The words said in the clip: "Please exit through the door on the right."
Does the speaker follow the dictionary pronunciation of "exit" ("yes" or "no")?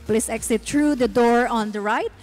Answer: yes